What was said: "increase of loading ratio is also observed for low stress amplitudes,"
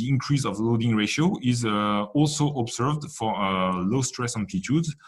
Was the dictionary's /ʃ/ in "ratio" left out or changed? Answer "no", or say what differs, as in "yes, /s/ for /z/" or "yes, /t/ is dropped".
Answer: no